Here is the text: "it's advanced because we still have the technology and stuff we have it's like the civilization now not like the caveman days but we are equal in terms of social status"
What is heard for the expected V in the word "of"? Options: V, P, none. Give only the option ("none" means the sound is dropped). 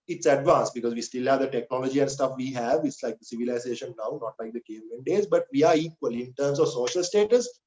V